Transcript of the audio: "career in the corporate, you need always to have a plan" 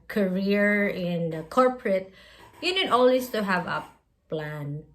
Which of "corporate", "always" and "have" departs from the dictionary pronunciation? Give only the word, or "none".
always